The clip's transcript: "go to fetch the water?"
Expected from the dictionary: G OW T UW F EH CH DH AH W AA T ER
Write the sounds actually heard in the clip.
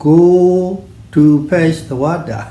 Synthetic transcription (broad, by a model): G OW T UW P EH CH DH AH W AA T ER